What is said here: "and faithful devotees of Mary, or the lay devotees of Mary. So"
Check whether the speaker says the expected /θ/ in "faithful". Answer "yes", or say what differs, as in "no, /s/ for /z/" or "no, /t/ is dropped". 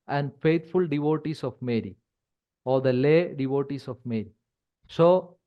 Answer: no, /t/ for /θ/